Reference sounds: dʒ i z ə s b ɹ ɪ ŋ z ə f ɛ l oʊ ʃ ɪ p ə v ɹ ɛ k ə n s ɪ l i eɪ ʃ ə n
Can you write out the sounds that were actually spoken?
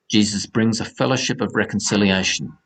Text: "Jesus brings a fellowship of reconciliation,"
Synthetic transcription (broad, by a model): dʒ i z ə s b ɹ ɪ ŋ z ə f ɛ l oʊ ʃ ɪ p ə v ɹ ɛ k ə n s ɪ l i eɪ ʃ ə n